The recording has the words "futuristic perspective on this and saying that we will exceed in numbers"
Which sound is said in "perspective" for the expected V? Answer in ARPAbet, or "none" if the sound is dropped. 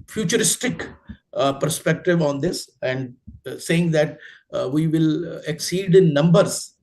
V